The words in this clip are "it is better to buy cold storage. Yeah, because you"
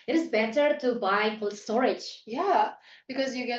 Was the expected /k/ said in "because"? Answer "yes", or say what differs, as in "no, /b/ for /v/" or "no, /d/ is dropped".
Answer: yes